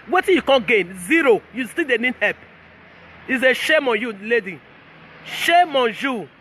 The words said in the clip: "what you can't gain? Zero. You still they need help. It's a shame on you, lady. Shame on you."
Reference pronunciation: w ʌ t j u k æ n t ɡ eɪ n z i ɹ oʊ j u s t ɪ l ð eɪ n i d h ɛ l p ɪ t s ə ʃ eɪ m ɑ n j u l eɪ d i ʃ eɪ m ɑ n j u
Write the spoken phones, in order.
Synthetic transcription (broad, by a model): w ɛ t j u k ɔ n ɡ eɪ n z i ɹ oʊ j u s t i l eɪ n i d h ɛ p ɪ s ə ʃ eɪ m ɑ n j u l eɪ d i ʃ eɪ m ɑ n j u